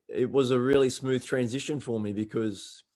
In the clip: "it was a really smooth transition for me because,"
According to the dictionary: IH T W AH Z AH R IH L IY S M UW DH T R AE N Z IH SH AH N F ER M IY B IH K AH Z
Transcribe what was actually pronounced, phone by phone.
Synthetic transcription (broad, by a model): IH T W AH Z AH R IH L IY S M UW DH T R AE N Z IH SH AH N F ER M IY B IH K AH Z